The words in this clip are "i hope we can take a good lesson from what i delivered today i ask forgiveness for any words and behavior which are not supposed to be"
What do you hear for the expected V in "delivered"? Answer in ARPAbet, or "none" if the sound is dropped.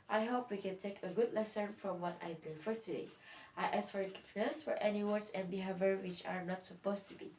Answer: F